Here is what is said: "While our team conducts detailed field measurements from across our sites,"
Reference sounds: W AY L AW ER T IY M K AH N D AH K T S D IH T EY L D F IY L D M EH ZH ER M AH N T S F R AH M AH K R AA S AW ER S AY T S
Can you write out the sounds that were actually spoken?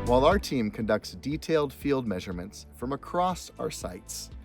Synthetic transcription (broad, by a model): W AY L AW ER T IY M K AH N D AH K T S D IH T EY L D F IY L D M EH ZH ER M AH N T S F R AH M AH K R AA S AW ER S AY T S